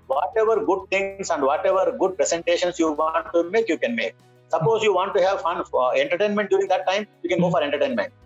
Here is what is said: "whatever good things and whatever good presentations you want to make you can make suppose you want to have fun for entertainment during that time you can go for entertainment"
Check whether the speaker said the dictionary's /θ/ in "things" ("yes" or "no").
no